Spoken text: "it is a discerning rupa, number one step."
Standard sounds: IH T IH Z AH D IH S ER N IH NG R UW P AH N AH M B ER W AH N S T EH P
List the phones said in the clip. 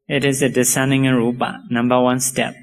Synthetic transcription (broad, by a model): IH T IH Z AH D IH S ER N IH NG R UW B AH N AH M B ER W AH N S T EH P